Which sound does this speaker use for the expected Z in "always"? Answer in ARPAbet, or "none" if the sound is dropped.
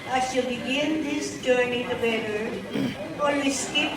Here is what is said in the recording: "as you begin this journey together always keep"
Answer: S